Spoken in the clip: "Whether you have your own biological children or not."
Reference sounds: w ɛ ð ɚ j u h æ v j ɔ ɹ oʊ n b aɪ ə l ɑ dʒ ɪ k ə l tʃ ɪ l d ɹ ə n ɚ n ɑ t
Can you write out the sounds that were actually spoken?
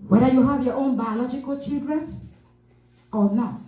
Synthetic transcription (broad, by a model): w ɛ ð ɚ j u h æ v j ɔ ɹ oʊ n b aɪ ə l ɑ dʒ ɪ k ə l tʃ ɪ l d ɹ ə n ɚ n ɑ t